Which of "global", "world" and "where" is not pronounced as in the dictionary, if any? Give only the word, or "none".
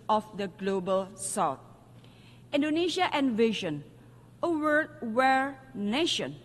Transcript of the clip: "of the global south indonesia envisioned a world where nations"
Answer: world